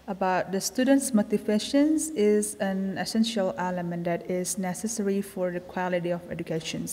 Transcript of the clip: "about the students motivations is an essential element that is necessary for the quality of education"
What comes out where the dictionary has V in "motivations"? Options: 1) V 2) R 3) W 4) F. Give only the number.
4